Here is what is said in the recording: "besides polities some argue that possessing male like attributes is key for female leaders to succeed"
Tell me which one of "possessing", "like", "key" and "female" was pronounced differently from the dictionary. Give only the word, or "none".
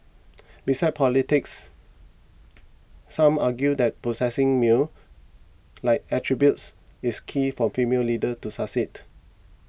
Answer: possessing